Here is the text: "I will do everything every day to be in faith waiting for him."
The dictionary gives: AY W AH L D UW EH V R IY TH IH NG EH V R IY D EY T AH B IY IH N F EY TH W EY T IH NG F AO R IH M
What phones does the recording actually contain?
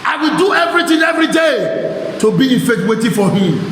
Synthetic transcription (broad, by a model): AY W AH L D UW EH V R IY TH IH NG EH V R IY D EY T AH B IY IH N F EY T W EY T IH F AO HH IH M